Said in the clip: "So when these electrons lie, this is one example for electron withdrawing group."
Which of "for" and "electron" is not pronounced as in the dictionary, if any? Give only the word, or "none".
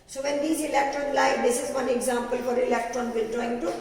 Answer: none